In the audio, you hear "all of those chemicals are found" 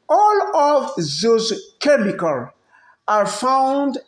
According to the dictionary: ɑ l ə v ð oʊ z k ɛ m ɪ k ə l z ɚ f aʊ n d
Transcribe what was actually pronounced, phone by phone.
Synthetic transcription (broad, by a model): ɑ l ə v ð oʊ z k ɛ m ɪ k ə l ɑ f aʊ n d